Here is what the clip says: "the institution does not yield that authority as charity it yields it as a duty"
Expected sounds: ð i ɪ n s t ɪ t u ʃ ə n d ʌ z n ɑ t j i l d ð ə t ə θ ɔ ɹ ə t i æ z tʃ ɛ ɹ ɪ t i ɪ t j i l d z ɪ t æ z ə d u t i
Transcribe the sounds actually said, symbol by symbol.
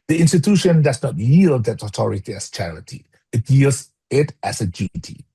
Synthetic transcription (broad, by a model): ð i ɪ n s t ɪ t u ʃ ə n d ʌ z n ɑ t j i l d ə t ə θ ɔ ɹ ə t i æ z tʃ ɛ ɹ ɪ t i ɪ t j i l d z ɪ t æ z ə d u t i